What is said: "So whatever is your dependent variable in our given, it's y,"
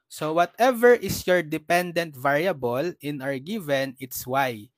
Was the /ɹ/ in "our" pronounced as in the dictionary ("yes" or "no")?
yes